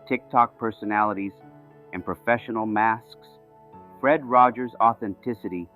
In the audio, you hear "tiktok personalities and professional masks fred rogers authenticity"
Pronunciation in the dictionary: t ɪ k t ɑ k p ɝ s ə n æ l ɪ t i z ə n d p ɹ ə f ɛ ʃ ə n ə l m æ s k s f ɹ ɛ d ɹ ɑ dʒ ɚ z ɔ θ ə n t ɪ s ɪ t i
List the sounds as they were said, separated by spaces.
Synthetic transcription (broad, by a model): t ɪ k t ɑ k p ɝ s ə n æ l ɪ t i z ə n p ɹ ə f ɛ ʃ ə n l m æ s k s f ɹ ɛ d ɹ ɑ dʒ ɚ z ɔ θ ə n t ɪ s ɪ t i